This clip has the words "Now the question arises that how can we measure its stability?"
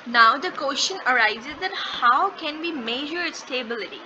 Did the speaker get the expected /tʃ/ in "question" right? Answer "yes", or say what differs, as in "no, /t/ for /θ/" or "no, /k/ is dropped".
no, /ʃ/ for /tʃ/